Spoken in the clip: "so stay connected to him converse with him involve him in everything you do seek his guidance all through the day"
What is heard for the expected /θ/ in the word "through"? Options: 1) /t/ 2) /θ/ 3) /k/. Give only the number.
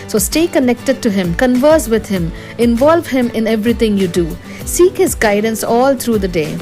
1